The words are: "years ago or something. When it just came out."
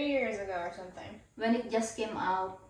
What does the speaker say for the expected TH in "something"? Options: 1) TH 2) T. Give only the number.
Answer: 2